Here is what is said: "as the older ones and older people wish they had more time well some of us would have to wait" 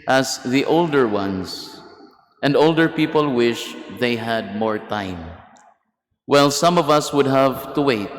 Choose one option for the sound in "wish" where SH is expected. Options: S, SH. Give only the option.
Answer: SH